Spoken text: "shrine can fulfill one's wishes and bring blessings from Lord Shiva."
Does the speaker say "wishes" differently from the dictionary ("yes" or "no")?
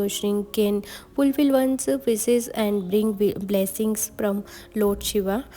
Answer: yes